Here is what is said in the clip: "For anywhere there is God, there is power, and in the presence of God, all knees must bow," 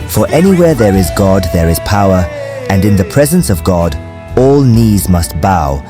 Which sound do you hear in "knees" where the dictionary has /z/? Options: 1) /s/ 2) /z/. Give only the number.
2